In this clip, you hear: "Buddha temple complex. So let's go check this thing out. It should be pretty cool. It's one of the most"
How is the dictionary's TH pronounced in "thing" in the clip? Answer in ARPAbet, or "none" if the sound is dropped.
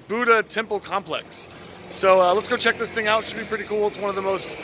TH